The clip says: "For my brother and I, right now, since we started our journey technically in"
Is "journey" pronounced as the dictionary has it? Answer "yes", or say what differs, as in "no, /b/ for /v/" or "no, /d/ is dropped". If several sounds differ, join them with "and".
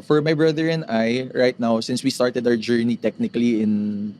yes